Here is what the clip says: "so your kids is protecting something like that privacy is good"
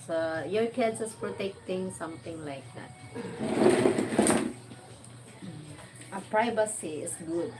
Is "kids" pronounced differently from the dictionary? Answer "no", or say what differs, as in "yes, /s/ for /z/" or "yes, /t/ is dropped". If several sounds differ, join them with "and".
yes, /s/ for /z/